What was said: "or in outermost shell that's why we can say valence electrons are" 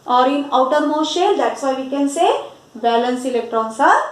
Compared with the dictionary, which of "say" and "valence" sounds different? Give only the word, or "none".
valence